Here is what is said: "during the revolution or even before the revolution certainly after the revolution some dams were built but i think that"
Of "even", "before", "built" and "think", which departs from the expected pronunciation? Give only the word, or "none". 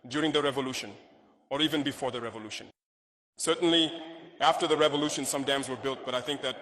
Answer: none